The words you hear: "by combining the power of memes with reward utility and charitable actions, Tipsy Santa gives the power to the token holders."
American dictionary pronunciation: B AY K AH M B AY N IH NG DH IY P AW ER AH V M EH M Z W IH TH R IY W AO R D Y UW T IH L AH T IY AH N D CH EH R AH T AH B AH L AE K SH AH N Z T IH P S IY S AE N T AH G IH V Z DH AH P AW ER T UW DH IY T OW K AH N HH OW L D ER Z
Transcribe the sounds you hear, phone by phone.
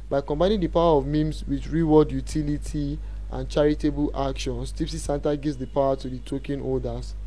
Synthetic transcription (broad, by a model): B AY K AH M B AY N IH NG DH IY P AW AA AH V M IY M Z W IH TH R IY W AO D Y UW T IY L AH T IY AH N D CH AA R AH T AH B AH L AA K SH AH N S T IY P S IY S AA N T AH G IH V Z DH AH P AW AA T UW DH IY T OW K AH N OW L D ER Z